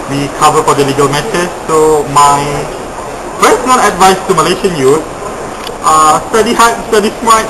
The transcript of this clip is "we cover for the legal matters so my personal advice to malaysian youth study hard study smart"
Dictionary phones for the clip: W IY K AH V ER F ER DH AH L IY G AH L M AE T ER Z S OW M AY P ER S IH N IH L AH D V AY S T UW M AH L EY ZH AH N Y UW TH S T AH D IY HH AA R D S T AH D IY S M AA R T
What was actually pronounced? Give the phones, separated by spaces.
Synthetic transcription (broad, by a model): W IY K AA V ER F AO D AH L IY G AH L M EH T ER S OW M AY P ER S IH N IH L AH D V AY S T UW M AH L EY SH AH N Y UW S S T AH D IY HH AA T S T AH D IY S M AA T